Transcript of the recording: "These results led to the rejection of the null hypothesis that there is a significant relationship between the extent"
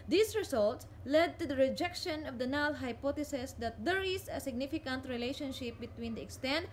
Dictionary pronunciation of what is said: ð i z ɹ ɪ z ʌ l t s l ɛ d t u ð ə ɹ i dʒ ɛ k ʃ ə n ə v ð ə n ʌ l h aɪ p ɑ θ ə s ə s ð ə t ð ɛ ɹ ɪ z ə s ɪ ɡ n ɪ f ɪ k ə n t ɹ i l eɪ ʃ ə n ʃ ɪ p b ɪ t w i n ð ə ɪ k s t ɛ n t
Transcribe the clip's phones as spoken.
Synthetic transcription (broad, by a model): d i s ɹ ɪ s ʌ l t s l ɛ d t u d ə ɹ i dʒ ɛ k ʃ ə n ə v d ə n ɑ l h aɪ p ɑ t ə s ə s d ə t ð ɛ ɹ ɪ s ə s ɪ ɡ n ɪ f ɪ k ə n t ɹ i l eɪ ʃ ə n ʃ ɪ p b ɪ t w i n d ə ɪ k s t ɛ n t